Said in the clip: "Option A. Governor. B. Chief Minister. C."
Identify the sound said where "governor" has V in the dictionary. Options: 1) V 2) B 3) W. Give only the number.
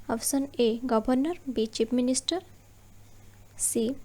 2